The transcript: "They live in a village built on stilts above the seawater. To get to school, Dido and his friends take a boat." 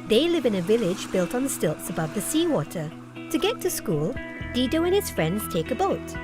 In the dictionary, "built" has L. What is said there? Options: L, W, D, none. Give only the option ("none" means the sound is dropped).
L